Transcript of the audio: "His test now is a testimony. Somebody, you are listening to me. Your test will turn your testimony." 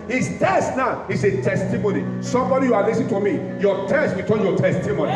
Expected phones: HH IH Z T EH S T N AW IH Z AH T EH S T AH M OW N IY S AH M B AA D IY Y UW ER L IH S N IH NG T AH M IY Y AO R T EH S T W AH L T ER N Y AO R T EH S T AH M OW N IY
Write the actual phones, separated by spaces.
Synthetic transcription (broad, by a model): HH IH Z T EH S T N AW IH S AH T EH S T AH M OW N IY S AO M B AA D IY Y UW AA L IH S IH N T AH M IY Y AO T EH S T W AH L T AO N Y AO T EH S T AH M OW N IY